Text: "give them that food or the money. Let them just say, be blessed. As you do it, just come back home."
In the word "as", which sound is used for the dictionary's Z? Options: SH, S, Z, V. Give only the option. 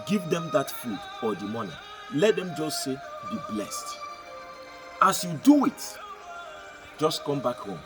S